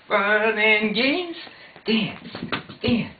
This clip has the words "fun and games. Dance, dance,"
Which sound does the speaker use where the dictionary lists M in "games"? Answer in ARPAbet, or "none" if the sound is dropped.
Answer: none